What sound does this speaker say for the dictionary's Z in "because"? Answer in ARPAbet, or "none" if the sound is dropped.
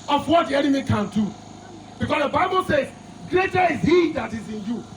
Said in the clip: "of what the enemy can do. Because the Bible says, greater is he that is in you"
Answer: S